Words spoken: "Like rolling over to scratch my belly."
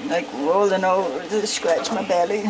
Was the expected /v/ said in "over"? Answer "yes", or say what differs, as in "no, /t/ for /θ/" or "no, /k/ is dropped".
no, /v/ is dropped